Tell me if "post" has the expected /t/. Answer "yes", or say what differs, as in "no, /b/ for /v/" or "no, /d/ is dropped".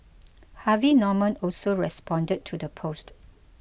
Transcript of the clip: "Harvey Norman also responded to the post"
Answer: yes